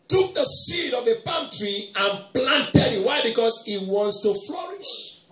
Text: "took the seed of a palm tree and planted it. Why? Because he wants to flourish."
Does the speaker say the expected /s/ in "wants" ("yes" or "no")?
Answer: yes